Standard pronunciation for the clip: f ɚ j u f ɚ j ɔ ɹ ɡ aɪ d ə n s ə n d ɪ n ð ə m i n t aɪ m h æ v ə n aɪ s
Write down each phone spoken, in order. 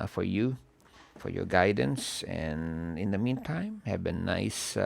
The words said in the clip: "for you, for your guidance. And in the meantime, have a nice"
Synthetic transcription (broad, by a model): f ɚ j u f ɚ j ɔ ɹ ɡ aɪ d ə n s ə n ɪ n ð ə m i n t aɪ m h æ b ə n aɪ s